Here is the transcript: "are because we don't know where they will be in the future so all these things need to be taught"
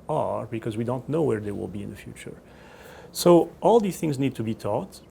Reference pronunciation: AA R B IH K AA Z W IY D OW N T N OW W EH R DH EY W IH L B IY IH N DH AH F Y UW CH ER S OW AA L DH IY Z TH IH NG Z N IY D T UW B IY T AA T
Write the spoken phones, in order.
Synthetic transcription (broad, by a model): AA R B IH K AA Z W IY D OW N T N OW W EH R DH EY W IH L B IY IH N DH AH F Y UW CH ER S OW AA L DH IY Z TH IH NG Z N IY D T UW B IY T AA T